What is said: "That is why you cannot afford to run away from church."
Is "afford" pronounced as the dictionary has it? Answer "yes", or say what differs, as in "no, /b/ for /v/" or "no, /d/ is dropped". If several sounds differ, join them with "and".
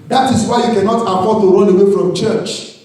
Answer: no, /p/ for /f/